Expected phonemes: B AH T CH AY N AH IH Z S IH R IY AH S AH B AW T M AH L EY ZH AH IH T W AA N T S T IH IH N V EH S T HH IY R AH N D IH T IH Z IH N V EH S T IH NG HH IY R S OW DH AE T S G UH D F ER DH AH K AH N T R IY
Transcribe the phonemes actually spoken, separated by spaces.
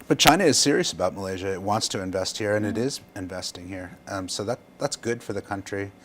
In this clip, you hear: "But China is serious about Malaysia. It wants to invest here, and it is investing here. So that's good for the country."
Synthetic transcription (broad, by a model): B AH T CH AY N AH IH Z S IH R IY AH S AH B AW T M AH L EY ZH AH IH T W AA N T S T IH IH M V EH S T HH IY R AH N IH T IH Z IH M V EH S T IH NG HH IY R S OW DH AE T S G UH D F ER DH AH K AH N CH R IY